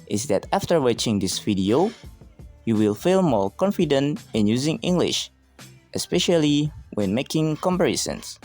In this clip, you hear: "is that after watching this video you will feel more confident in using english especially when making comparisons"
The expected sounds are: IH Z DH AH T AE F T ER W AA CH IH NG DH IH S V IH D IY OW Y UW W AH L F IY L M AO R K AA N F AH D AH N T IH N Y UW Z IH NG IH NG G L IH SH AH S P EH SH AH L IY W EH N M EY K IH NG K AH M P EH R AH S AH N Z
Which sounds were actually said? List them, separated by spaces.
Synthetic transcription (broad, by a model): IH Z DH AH T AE F T ER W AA CH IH NG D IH S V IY D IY OW Y UW W AH L F IY L M AO R K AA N F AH D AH N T IH N Y UW Z IH NG IH NG G L IH SH AH S P EH SH AH L IY W EH N M EY K IH NG K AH M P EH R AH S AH N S